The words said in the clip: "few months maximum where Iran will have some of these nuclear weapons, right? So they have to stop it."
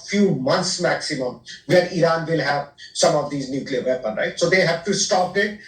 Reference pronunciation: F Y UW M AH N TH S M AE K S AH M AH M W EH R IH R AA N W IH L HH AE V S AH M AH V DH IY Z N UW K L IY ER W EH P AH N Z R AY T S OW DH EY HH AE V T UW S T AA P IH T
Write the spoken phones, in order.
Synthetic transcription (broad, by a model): F Y UW M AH N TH S M AE K S AH M AH M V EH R IH R AA N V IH L HH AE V S AH M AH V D IY Z N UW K L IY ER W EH P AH N R AY T S OW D EY HH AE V T UW S T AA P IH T